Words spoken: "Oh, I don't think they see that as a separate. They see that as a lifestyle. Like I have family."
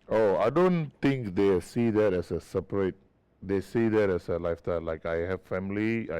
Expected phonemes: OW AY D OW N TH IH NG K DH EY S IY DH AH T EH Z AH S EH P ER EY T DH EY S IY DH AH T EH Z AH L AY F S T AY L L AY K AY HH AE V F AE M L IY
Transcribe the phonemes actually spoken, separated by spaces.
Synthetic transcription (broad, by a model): OW AY D OW N T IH NG K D EY S IY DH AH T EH S AH S EH P ER EY T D EY S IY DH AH T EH S AH L AY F T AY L L AY K AY HH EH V F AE M L IY